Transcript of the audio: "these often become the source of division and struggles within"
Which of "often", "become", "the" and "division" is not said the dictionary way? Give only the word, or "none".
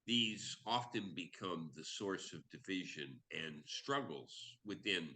none